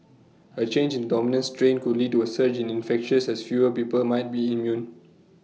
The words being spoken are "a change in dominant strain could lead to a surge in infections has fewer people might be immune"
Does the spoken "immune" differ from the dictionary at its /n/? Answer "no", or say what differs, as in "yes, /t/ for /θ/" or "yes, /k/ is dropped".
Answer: no